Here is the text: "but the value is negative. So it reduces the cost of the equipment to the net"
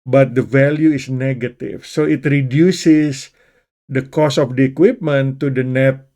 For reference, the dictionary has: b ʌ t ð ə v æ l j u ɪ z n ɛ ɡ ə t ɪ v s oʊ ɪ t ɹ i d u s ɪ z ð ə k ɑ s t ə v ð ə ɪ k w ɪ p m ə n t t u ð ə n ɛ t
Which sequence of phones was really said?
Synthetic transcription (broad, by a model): b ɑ t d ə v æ l j u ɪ s n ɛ ɡ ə t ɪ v s oʊ ɪ t ɹ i d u s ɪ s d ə k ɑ s ə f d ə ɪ k w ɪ p m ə n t t u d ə n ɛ t